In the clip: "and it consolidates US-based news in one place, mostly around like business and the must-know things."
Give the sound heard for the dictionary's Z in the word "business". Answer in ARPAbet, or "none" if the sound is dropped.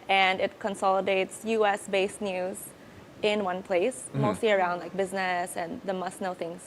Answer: Z